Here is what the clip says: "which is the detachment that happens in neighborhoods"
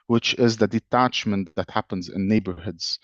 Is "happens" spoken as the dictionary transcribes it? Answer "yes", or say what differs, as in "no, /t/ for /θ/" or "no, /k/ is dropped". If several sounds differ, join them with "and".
yes